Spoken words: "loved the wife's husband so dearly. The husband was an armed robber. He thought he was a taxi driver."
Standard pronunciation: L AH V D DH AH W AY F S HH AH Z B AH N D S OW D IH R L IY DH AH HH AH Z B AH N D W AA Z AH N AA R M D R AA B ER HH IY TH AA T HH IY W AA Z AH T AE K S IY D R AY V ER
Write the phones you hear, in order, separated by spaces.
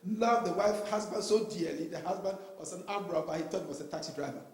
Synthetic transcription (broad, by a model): L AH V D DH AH W AY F HH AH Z B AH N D S OW D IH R L IY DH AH HH AH Z B AH N D W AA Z AH N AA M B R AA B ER HH IY T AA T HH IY W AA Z AH T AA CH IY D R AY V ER